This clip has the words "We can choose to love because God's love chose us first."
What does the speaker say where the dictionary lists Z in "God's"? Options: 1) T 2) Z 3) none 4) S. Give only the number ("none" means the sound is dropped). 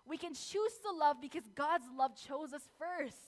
2